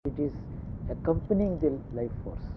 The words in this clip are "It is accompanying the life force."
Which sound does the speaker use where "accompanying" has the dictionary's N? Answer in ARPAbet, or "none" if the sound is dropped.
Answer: N